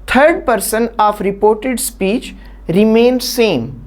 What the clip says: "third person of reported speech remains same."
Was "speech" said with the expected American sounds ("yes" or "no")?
yes